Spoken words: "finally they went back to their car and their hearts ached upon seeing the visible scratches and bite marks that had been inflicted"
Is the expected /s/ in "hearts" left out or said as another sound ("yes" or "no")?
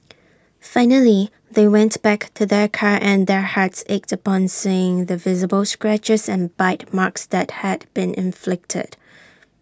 no